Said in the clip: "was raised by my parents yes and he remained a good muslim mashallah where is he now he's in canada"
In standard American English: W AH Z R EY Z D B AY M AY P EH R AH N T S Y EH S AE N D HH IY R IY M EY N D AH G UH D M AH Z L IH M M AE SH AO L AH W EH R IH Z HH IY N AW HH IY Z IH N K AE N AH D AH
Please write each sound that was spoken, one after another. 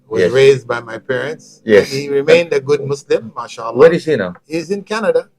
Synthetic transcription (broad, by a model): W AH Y R EY Z D B AY M AY P EH R AH N T S Y EH S HH IY R IY M EY N D AH G UH D M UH S L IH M M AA SH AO L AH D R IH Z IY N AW HH IY Z IH N K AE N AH D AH